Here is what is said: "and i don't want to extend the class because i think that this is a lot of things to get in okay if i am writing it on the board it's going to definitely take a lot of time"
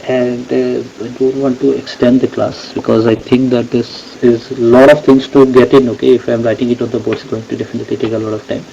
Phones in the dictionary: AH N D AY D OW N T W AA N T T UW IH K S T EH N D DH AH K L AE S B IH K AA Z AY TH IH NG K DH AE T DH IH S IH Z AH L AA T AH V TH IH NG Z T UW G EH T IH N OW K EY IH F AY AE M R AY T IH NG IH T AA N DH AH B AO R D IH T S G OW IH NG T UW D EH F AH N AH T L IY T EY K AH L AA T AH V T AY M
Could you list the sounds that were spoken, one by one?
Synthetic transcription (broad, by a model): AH N D AY D OW N T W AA N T T UW IH K S T EH N D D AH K L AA S B IH K AA Z AY T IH NG K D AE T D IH S IH Z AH L AA T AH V T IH NG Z T UW G EH T IH N OW K EY IH F AY M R AY T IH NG IH T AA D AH B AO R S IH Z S G OW IH NG T UW D EH F AH N AH T L IY T EY K AH L AA T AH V T AY M